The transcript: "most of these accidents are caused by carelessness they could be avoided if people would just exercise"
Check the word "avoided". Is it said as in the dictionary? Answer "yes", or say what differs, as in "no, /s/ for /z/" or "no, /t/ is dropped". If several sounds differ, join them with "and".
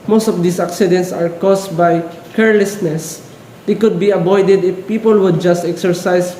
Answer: no, /b/ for /v/